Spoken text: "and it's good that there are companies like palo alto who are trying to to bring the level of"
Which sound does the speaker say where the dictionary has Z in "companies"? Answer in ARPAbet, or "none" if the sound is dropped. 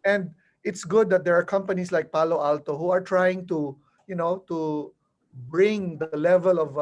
S